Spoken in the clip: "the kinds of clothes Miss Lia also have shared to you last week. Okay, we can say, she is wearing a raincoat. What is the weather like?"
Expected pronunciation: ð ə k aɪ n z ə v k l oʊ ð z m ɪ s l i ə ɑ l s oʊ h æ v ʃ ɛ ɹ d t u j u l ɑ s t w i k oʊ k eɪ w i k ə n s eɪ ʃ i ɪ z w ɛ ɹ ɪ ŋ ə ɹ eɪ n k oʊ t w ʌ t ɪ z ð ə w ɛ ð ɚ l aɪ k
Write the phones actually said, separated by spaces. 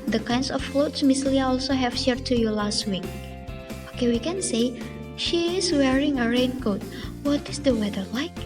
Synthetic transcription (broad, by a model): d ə k aɪ n s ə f l oʊ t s m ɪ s l i ə ɑ l s oʊ h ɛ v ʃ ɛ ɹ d t u j u l ɑ s t w i k oʊ k eɪ w i k ə n s eɪ ʃ i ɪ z w ɛ ɹ ɪ ŋ ə ɹ eɪ n k oʊ t w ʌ t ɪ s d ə w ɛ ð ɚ l aɪ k